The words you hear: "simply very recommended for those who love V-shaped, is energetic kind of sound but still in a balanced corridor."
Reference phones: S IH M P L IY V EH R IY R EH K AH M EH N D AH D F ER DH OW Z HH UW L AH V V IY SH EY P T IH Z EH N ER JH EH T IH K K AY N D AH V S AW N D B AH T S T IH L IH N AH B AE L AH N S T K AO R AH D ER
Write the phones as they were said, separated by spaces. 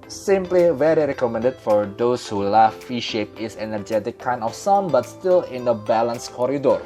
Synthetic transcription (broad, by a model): S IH M P L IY V EH R IY R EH K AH M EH N D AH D F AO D OW S HH UW L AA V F IY SH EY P IH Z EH N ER JH EH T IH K K AY N AH F S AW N B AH T S T IH L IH N AH B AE L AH N S K AO R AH D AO